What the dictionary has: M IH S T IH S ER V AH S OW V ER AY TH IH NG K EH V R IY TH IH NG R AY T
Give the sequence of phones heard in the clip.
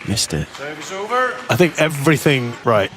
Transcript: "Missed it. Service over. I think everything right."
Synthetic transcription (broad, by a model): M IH S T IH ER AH OW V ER AY TH IH NG K EH V R IY TH IH NG R AY T